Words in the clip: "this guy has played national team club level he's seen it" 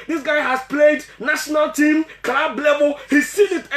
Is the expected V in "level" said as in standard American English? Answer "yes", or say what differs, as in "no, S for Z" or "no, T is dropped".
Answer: no, B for V